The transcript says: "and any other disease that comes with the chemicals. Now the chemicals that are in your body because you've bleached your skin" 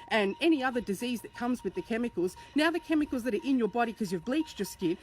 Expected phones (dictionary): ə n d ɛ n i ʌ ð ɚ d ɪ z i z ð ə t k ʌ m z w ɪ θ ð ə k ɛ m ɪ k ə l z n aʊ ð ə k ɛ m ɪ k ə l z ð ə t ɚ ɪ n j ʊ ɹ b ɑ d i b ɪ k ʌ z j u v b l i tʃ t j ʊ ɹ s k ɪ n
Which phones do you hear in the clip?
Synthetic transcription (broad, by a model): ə n ɛ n i ʌ ð ɚ d ɪ z i z ð ə t k ʌ m z w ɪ ð ə k ɛ m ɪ k l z n aʊ ð ə k ɛ m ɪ k l z ð ə t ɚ ɪ n j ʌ ɹ b ɑ d i k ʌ z j u v b l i tʃ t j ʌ ɹ s k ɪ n